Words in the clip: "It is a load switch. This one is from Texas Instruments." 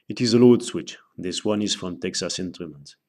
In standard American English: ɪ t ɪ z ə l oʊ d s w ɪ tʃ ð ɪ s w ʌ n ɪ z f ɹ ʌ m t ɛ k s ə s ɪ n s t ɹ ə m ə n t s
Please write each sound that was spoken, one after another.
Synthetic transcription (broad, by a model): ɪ t ɪ z ə l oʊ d s w ɪ tʃ ð ɪ s w ʌ n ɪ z f ɹ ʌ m t ɛ k s ə s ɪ n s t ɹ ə m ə n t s